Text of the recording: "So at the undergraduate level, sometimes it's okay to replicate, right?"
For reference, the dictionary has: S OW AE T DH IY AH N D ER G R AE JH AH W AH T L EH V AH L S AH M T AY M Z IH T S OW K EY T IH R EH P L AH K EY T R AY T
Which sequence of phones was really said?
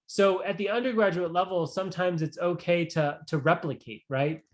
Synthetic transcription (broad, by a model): S OW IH T DH IY AH N D ER G R AE JH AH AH T L EH V L S AH M T AY M Z IH T S OW K EY T IH R EH P L AH K EY T R AY T